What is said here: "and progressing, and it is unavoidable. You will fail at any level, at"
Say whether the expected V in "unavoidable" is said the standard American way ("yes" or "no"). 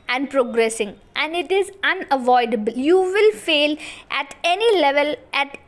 yes